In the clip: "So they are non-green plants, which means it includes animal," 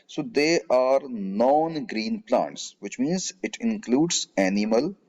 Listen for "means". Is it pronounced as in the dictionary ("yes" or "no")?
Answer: yes